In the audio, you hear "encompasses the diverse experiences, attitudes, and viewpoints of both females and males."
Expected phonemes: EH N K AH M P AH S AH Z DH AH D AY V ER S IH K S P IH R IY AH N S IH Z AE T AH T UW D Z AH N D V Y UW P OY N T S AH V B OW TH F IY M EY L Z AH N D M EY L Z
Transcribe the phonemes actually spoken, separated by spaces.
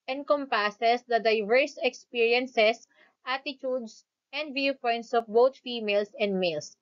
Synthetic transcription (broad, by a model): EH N K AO M P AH S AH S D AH D AY V ER S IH K S P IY R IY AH N S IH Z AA T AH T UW D S AH N D V Y UW P OY N T S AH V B OW T F IY M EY L S AH N D M EY L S